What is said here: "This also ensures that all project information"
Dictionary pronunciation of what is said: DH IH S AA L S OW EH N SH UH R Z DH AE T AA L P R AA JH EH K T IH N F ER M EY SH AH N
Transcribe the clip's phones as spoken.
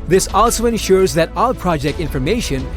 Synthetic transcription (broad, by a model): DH IH S AA L S OW EH N SH UH R Z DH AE T AA L P R AA JH EH K T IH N F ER M EY SH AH N